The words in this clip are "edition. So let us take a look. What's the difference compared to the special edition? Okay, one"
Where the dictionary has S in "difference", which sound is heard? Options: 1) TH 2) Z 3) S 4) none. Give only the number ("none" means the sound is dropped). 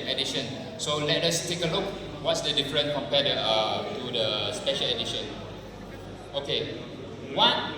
4